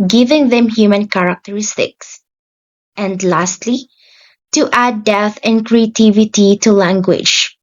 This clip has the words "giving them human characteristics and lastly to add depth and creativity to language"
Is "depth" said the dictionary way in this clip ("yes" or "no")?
no